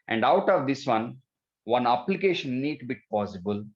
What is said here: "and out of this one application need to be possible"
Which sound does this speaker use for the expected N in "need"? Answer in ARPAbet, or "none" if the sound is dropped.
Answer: N